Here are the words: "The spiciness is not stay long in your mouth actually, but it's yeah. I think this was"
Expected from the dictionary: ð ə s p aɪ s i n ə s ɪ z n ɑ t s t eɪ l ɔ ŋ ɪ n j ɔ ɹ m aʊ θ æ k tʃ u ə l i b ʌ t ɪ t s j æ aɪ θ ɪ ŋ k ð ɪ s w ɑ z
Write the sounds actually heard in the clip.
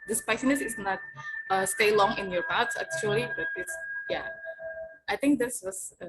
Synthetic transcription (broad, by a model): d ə s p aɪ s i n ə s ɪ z n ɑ t s t eɪ l ɔ ŋ ɪ n j ɔ ɹ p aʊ s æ k tʃ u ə l i b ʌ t ɪ t s j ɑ aɪ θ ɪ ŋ k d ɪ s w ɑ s